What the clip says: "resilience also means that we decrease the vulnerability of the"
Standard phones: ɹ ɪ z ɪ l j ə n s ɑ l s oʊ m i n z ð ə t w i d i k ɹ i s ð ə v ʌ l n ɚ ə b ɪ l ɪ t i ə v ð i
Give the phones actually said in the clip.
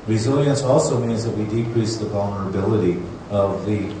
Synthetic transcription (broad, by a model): ɹ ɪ z ɪ l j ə n s ɑ l s oʊ m i n z ð ə t w i d i k ɹ i s ð ə v ʌ l n ɚ ə b ɪ l ɪ t i ə v ð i